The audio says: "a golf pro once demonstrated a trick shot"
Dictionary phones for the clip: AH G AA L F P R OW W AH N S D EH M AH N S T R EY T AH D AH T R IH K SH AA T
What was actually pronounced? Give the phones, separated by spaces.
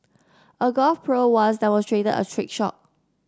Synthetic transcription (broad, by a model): AH G AA L F P R OW W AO S D EH M AH N S T R EY T AH D AH T R IH K SH AA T